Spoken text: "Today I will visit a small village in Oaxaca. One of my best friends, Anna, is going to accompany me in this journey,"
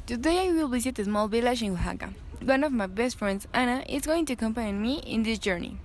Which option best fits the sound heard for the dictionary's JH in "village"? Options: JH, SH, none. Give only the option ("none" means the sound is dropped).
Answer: SH